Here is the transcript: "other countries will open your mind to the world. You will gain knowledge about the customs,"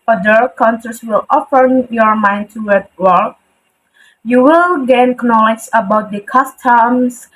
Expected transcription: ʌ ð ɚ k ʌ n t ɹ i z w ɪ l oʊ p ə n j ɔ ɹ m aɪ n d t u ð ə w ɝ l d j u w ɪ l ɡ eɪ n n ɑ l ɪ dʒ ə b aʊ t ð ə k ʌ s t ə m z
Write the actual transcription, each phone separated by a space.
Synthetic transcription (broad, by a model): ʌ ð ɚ k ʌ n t i s w ɪ l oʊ f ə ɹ j ɔ ɹ m aɪ n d t u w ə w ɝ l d j u w ɪ l ɡ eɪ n n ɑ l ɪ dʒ ə b aʊ t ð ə k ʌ s t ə m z